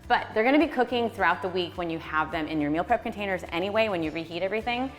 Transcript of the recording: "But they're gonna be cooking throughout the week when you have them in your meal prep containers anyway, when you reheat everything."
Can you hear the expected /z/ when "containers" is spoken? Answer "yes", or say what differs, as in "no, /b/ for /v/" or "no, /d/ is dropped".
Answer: yes